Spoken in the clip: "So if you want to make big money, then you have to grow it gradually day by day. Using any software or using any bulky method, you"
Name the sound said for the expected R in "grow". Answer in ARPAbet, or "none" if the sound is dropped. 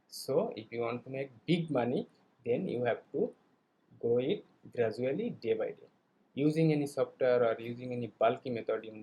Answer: none